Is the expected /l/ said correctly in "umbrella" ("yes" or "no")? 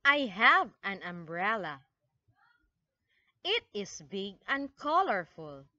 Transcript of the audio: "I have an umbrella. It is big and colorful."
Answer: yes